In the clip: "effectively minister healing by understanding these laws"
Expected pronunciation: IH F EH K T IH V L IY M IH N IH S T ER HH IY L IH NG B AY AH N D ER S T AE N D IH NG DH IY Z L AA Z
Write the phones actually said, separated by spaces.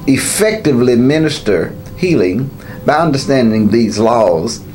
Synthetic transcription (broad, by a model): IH F EH K T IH V L IY M IH N IH S T ER HH IY L IH NG B AY AH N D ER S T AE N D IH NG DH IY Z L AA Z